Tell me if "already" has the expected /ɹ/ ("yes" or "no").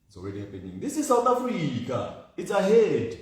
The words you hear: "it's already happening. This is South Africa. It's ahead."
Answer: no